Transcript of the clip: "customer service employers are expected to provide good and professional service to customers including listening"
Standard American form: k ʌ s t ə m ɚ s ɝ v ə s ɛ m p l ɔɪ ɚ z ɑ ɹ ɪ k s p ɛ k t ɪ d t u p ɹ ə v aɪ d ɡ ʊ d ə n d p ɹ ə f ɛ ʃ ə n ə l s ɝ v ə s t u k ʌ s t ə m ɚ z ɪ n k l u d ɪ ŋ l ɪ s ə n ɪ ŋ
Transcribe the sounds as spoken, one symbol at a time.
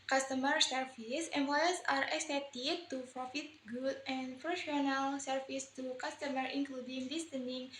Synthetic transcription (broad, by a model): k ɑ s t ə m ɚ s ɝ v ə s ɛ m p l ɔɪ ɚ s ɑ ɹ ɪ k s ɛ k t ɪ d t u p ɹ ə f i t ɡ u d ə n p ɹ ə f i ə n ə l s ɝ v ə s t u k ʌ s t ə m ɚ ɪ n k l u d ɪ ŋ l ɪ s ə n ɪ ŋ